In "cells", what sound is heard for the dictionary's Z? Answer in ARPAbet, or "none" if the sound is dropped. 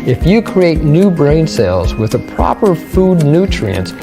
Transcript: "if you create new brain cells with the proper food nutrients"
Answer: Z